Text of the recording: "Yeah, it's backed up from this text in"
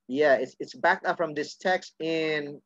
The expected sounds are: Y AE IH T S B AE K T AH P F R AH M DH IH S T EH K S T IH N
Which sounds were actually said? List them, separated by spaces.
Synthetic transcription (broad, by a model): Y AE IH T S B AE K T AH P F R AH M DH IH S T EH K S T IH N